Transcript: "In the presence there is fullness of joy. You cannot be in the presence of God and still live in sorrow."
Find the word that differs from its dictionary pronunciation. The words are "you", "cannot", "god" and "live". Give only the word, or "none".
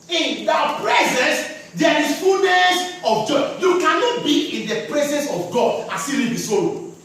live